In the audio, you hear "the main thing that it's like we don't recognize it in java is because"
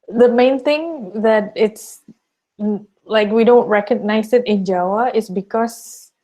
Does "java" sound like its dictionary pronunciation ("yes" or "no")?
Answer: no